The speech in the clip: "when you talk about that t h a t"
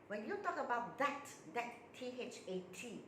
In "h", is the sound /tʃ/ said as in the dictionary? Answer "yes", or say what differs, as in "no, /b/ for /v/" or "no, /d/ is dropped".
yes